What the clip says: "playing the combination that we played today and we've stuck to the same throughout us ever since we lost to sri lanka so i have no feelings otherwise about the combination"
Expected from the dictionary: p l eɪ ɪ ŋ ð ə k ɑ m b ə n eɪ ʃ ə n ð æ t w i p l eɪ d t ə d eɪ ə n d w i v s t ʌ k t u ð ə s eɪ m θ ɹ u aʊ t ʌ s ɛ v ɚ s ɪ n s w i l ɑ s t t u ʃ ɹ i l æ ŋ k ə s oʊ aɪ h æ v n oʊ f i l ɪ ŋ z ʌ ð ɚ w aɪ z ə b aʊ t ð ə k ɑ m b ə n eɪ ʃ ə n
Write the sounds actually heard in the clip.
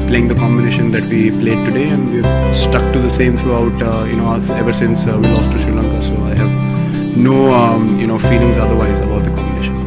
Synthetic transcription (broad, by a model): p l eɪ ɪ ŋ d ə k ɑ m b ə n eɪ ʃ ə n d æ t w i p l eɪ d t ə d eɪ ə n d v i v s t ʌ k t u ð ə s eɪ m t ɹ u aʊ t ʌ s ɛ v ɚ s ɪ n s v i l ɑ s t t u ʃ i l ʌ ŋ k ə s oʊ aɪ h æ v n oʊ f i l ɪ ŋ z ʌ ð ɚ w aɪ z ə b aʊ t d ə k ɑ m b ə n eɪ ʃ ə n